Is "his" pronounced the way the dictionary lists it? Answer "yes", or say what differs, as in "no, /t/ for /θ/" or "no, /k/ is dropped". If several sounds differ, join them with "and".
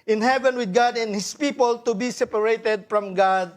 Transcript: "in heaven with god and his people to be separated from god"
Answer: no, /s/ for /z/